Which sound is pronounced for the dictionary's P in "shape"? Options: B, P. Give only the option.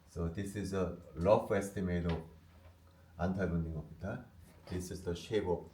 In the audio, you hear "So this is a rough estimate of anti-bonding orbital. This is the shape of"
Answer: B